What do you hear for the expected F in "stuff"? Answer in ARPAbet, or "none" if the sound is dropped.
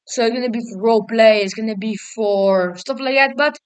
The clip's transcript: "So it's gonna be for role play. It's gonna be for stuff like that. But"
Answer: P